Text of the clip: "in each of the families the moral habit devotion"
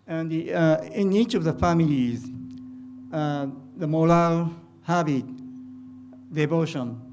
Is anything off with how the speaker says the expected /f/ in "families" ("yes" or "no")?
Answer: no